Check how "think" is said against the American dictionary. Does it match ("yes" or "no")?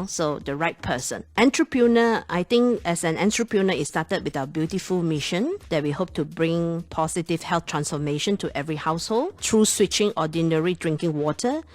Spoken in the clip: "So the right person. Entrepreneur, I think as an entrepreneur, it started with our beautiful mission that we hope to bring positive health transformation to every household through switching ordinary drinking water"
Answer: no